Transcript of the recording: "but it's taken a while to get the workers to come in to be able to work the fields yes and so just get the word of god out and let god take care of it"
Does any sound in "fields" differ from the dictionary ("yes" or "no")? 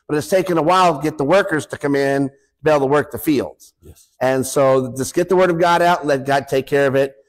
no